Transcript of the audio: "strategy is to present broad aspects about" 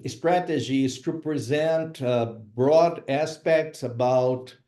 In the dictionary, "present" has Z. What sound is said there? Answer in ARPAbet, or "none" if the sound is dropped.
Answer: Z